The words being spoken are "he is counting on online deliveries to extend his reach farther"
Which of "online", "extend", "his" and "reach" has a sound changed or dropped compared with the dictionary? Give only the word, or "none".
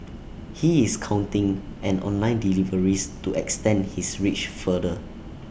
his